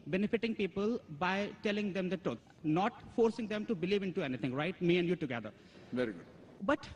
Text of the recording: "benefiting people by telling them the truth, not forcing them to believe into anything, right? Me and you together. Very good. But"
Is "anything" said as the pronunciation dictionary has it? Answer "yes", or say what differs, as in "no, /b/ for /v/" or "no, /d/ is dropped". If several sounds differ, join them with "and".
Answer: no, /t/ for /θ/